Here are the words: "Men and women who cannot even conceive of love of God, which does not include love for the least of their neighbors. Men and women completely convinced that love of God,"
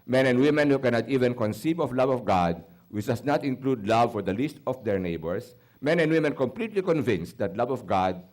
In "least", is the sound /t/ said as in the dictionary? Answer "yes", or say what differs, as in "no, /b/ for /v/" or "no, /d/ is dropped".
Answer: yes